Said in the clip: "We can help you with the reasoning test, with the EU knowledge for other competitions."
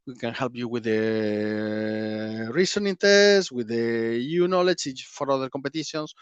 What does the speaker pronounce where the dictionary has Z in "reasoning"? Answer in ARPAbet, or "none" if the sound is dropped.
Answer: S